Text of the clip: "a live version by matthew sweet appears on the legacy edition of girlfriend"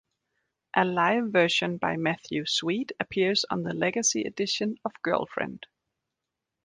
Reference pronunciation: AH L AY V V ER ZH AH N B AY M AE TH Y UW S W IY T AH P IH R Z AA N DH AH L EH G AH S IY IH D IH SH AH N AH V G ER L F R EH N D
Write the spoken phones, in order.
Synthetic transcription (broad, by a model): AH L AY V V ER SH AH N B AY M AE TH Y UW S W IY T AH P IH R Z N DH AH L EH G AH S IY IH D IH SH AH N AH V G ER L F R EH N D